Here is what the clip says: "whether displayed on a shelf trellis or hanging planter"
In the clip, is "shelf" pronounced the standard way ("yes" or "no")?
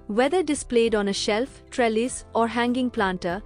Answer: yes